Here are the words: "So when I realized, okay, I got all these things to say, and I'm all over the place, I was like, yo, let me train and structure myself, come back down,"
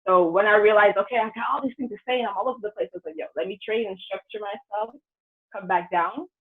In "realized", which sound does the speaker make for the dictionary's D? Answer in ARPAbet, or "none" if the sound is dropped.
none